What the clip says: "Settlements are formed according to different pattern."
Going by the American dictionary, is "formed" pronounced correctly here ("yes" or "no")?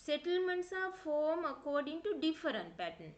no